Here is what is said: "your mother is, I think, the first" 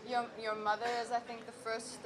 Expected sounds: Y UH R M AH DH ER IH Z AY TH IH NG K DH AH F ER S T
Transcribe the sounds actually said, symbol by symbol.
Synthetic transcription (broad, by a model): Y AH R M AH DH ER IH Z AY TH IH NG K DH AH F ER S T